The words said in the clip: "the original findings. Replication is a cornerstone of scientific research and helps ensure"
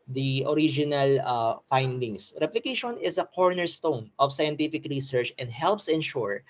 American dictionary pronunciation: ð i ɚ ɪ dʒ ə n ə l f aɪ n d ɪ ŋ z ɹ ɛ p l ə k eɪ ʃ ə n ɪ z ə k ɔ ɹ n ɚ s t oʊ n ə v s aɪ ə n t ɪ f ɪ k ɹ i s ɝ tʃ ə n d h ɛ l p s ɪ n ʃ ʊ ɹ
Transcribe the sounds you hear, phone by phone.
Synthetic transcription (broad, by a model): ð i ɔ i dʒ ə n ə l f aɪ n d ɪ ŋ s ɹ ɛ p l ə k eɪ ʃ ə n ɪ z ə k ɔ ɹ n ɚ s t oʊ n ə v s aɪ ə n t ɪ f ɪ k ɹ i s ɝ tʃ ə n d h ɛ l p s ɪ n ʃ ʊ ɹ